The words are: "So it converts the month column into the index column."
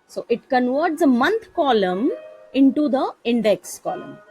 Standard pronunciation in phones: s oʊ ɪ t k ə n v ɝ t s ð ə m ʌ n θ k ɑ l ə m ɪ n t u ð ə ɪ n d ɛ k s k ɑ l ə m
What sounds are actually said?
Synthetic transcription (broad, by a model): s oʊ ɪ t k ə n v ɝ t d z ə m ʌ n t k ɑ l ə m ɪ n t u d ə ɪ n d ɛ k s k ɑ l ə m